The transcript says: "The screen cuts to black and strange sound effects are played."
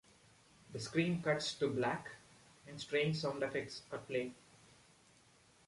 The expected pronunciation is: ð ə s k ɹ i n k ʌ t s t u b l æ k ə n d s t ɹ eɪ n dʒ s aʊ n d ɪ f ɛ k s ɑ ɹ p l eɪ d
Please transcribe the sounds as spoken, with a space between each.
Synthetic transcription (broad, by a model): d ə s k ɹ i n k ʌ t s t u b l æ k ə n d s t ɹ eɪ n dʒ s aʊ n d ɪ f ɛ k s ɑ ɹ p l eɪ